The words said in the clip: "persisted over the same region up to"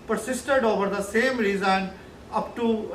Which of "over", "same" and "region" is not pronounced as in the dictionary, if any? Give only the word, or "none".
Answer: region